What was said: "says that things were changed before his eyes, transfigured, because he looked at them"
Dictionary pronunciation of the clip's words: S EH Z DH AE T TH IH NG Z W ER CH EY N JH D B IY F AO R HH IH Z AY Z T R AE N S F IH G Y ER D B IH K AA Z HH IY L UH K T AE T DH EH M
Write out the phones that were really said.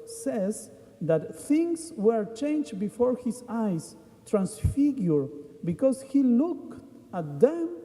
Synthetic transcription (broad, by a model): S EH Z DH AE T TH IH NG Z W ER CH EY N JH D B IY F AO R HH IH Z AY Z T R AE N S F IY G Y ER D B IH K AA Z HH IY L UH K AE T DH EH M